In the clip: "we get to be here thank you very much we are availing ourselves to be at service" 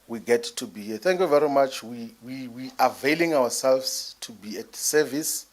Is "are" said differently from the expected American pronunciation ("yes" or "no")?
yes